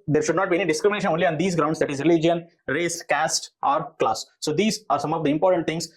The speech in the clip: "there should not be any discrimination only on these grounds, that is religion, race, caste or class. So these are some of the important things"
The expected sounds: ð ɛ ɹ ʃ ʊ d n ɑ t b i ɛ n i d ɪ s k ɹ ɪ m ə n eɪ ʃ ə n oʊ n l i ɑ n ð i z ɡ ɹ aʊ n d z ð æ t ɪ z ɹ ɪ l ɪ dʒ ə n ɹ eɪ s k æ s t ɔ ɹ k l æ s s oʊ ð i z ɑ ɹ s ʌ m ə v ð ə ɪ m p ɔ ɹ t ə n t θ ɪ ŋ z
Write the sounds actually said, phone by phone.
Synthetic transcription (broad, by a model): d ɛ ɹ ʃ ʊ d n ɑ t b i ɛ n i d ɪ s k ɹ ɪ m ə n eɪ ʃ ə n oʊ n l i ɑ n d i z ɡ ɹ aʊ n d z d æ t ɪ z ɹ ɪ l ɪ dʒ ə n ɹ eɪ s k æ s t ɔ ɹ k l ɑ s s oʊ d i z ɑ ɹ s ʌ m ə v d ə ɪ m p ɔ ɹ t ə n t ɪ ŋ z